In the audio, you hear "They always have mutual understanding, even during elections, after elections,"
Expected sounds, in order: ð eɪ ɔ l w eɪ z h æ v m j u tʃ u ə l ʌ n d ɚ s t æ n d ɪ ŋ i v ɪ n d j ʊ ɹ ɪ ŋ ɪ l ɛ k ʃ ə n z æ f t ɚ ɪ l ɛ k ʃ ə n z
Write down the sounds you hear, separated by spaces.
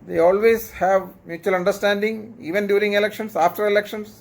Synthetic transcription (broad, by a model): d eɪ ɔ l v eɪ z h æ v m j u tʃ u ə l ʌ n d ɚ s t æ n d ɪ ŋ i v ɪ n d j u ɹ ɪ ŋ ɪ l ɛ k ʃ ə n s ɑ f t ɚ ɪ l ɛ k ʃ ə n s